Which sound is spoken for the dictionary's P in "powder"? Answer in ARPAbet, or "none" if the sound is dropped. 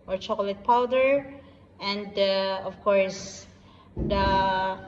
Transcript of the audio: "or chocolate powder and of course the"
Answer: P